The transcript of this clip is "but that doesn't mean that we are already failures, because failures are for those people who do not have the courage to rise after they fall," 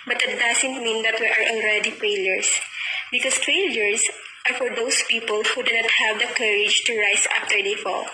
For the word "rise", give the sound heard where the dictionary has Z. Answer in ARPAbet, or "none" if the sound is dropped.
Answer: S